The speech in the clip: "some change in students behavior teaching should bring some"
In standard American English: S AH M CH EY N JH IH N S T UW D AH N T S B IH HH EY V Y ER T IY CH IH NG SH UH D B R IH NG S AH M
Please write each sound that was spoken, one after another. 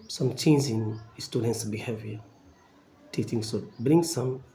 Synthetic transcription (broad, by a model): S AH M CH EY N Z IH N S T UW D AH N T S B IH HH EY V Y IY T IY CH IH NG S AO B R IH NG S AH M